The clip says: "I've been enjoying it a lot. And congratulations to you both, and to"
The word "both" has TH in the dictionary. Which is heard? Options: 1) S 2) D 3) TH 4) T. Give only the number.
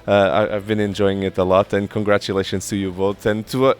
4